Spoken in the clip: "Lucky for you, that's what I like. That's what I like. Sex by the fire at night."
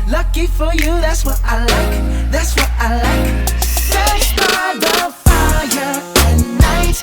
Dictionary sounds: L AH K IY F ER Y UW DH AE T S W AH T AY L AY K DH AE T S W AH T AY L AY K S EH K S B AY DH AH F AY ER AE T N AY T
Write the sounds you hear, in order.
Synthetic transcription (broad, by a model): L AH K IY F ER Y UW DH AE T S W AH T AY L AY K DH AE T S W AH T AY L AY K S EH S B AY DH AH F AY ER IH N AY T